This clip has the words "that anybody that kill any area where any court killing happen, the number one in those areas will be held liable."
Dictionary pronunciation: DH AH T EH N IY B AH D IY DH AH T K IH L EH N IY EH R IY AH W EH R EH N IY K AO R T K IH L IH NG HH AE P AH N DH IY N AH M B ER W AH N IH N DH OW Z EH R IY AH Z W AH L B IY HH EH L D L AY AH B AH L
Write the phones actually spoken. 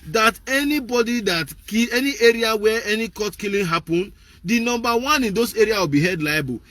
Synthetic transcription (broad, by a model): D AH T EH N IY B AH D IY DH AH T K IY EH N IY EH R IY AH W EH EH N IY K AO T K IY L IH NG HH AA P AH N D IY N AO M B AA W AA N IH N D OW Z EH R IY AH W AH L B IY HH EH D L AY B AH